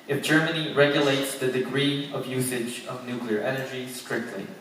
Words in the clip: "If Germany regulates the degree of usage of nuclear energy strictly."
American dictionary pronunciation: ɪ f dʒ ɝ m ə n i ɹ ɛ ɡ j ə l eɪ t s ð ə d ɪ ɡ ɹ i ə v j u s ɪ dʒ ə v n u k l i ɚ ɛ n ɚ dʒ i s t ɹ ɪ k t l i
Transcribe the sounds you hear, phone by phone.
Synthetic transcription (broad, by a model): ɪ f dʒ ɝ m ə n i ɹ ɛ ɡ j ə l eɪ t s ð ə d ɪ ɡ ɹ i ə v j u s ɪ dʒ ə v n u k l i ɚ ɛ n ɚ dʒ i s t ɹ ɪ k t l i